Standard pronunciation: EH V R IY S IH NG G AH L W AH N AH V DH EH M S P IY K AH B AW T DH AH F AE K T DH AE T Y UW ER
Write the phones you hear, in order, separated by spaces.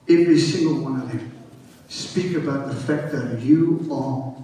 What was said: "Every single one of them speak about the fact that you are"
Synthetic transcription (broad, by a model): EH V R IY S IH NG G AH L W AH N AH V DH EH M S P IY K AH B AW T DH AH F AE K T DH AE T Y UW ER